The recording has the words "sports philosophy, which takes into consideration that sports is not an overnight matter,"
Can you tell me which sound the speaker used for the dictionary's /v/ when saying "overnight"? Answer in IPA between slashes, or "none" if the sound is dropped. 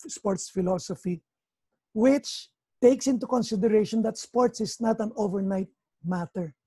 /v/